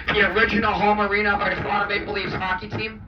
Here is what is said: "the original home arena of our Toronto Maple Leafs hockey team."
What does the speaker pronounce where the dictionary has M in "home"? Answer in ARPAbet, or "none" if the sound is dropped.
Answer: M